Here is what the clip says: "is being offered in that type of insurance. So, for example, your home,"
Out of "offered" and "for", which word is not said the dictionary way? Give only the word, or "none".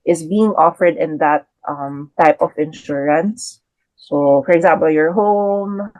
none